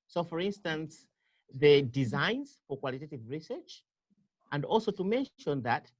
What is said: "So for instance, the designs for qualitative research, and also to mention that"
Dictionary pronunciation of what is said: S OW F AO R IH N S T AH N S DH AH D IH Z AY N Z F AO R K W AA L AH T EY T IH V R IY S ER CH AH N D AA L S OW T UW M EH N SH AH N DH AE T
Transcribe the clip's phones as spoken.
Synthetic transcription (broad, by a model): S OW F AO R IH N S T AH N S DH AH D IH Z AY N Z F AO R K W AA L AH T EY T IH V R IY S ER CH AH N D AA L S OW T UW M EH N SH AH N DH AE T